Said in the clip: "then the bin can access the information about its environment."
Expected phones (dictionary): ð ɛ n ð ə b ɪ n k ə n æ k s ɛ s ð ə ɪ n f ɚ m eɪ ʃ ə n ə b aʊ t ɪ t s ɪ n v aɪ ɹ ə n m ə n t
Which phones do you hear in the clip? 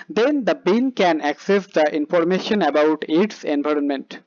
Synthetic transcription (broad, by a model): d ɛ n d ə b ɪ l k ə n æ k s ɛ s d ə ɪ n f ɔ m eɪ ʃ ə n ə b aʊ t ɪ t s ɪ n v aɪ ɹ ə n m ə n t